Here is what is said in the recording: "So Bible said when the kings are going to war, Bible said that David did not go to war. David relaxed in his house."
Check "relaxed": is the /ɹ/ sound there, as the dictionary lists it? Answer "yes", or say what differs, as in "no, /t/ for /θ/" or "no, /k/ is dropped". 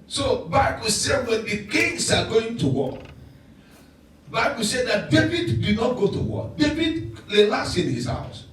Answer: no, /l/ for /ɹ/